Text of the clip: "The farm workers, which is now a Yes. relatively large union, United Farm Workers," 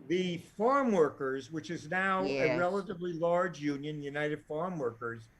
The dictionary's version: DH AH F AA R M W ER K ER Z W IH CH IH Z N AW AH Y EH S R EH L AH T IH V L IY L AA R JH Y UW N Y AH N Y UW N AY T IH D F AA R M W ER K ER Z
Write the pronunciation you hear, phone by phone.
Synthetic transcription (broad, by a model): DH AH F AA R M W ER K ER Z W IH CH IH Z N AW AH R EH L AH T IH V L IY L AA R JH Y UW N Y AH N Y UW N AY T IH D F AA R M W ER K ER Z